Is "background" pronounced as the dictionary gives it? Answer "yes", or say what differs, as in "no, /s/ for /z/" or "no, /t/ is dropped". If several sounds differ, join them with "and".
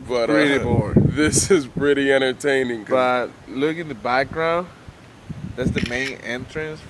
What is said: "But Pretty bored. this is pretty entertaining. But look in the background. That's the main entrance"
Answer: yes